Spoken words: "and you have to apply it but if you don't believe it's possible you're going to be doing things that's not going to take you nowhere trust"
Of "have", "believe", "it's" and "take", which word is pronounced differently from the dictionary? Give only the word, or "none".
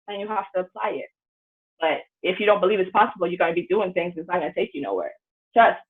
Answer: have